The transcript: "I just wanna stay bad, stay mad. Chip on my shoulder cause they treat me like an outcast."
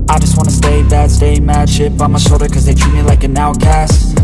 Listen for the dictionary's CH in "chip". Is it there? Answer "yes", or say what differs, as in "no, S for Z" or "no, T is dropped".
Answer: no, SH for CH